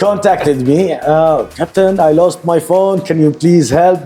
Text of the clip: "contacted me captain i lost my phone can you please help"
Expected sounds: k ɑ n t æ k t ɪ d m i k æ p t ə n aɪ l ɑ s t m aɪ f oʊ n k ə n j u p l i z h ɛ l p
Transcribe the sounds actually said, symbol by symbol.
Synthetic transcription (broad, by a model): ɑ n t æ k t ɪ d m i k æ p t ə n aɪ l ɑ s t m aɪ f oʊ n k ə n j u p l i z h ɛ l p